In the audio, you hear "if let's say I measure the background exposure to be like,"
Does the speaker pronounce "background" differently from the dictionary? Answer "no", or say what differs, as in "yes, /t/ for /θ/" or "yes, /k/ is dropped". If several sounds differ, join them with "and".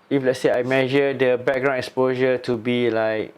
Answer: yes, /d/ is dropped